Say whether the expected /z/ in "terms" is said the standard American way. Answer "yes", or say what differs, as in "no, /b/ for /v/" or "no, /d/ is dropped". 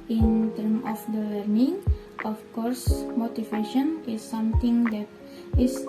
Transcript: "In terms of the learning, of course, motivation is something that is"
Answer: no, /z/ is dropped